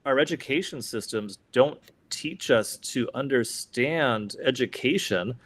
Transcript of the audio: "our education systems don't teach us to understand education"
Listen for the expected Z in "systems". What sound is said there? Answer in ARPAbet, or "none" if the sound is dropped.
Z